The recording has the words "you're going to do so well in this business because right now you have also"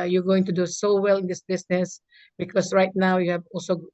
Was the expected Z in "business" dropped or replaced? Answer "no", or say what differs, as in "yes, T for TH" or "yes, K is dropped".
yes, S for Z